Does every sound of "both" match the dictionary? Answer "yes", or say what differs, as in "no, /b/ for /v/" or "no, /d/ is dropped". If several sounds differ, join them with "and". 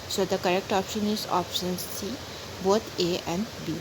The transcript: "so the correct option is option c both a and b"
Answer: no, /t/ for /θ/